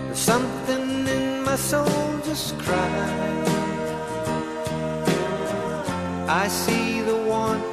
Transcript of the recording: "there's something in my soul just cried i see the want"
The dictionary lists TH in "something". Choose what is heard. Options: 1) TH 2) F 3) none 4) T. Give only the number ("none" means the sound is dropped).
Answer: 1